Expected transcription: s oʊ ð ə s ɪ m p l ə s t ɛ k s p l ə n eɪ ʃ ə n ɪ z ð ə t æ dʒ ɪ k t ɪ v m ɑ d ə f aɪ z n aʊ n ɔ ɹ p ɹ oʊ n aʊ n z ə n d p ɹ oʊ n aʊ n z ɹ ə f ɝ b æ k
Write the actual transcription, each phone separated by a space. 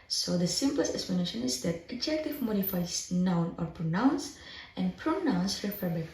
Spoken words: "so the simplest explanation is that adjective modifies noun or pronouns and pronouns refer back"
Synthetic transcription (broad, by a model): s oʊ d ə s ɪ m p l ə s t ɛ k s p l ə n eɪ ʃ ə n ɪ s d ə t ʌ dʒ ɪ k t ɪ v m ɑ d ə f aɪ s n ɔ n ɔ ɹ p ɹ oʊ n aʊ n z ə n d p ɹ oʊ n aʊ n s ɹ ə f ɝ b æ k